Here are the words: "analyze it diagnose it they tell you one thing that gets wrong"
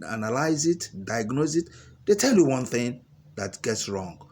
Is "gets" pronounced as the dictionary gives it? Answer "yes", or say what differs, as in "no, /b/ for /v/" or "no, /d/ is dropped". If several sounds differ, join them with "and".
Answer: yes